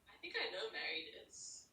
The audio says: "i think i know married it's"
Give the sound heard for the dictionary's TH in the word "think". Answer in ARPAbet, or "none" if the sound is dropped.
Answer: TH